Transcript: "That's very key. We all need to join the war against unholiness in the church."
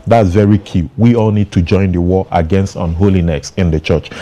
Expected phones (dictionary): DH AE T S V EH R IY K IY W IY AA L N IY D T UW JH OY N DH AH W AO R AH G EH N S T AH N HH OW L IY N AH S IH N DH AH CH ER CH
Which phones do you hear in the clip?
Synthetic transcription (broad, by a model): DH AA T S V EH R IY K IY W IY AA L N IY D T UW JH OY N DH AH W AO AH G EH N S T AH N HH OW L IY N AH S IH N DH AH CH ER CH